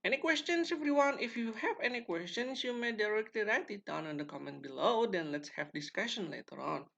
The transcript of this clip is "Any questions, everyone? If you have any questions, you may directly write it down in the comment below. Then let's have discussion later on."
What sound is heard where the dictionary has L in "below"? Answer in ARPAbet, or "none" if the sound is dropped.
L